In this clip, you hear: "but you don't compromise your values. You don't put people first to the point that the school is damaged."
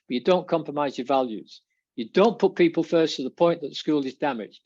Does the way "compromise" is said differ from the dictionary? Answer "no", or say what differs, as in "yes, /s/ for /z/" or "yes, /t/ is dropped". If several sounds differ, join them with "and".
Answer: no